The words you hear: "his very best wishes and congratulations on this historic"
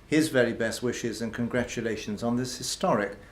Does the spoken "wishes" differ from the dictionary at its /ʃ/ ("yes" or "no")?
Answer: no